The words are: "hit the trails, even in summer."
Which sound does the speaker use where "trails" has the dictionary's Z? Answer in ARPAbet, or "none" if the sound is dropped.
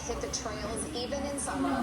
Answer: Z